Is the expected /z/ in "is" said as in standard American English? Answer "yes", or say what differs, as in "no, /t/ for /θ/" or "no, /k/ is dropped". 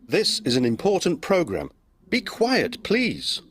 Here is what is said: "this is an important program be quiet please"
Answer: yes